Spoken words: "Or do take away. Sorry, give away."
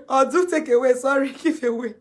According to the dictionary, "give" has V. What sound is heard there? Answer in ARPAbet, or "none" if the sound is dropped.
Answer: F